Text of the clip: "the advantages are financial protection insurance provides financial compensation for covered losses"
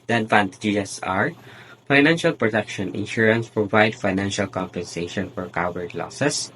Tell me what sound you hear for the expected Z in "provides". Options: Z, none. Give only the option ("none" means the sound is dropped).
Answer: none